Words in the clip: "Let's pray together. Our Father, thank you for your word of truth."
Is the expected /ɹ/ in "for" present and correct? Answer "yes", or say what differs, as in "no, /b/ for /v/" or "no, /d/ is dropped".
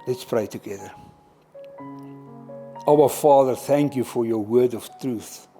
yes